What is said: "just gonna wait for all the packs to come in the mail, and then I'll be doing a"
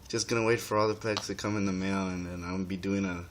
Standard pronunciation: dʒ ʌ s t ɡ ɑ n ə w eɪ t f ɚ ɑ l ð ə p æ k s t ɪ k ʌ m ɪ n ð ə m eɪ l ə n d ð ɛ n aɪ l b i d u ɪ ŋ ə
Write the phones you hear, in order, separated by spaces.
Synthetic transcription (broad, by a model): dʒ ʌ s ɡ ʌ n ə w eɪ t f ɚ ɑ l ð ə p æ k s t ɪ k ʌ m ɪ n ð ə m eɪ l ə n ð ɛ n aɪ n b i d u ɪ ŋ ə